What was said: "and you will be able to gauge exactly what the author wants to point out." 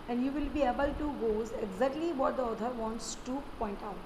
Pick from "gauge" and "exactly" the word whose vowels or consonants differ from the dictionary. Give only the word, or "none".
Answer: gauge